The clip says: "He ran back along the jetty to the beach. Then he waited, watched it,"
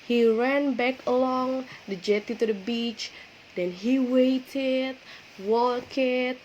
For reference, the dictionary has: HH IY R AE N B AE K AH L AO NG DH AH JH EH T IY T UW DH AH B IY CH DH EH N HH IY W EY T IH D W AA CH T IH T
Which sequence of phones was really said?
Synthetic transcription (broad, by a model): HH IY R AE N B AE K AH L AO NG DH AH JH EH T IY T UW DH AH B IY CH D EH N HH IY W EY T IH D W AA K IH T